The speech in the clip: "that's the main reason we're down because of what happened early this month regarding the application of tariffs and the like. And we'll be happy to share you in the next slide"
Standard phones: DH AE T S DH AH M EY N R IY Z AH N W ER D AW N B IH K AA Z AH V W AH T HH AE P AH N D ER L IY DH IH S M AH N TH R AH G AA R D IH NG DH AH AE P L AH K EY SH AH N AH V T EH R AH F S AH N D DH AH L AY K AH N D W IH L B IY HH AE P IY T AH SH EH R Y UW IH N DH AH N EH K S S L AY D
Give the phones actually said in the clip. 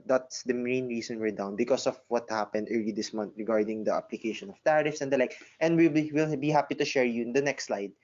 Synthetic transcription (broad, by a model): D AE T S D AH M EY N R IY S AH N W ER D AW N B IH K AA S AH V W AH T HH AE P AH N D ER L IY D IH S M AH N T R AH G AA R D IH NG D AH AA P L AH K EY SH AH N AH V T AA R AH F S AH N D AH L AY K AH N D W IH L B IY HH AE P IY T AH SH EH R Y UW IH N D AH N EH K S S L AY D